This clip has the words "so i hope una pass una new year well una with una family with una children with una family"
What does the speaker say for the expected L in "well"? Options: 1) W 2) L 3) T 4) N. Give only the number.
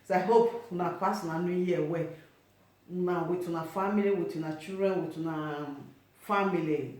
1